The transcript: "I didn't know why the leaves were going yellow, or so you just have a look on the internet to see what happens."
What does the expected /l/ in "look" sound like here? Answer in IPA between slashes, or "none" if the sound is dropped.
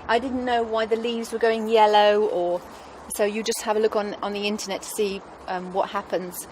/l/